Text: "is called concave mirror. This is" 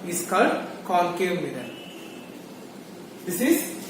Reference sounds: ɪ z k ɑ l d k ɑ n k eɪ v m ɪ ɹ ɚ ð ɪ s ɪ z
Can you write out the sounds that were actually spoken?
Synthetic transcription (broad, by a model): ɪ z k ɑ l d k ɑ l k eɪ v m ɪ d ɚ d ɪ s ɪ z